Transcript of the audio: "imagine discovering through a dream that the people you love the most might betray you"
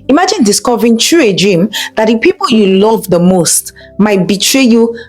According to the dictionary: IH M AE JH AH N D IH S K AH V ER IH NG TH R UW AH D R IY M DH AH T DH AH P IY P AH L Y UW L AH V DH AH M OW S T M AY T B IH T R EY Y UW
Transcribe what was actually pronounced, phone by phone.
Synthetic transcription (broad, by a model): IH M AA JH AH N D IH S K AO V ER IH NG T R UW AH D R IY M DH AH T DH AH P IY P AH L Y UW L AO V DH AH M OW S T M AY T B IH T R EY Y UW